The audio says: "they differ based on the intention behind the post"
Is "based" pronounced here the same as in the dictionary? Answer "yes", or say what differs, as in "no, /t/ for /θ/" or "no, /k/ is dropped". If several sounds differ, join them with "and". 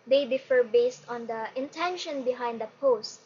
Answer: yes